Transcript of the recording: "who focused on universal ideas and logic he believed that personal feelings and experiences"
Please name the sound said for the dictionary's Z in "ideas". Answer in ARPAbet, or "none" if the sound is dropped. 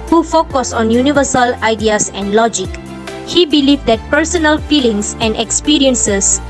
S